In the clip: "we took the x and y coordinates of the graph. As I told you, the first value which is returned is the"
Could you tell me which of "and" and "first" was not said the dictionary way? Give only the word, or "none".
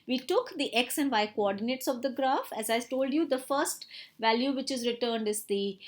none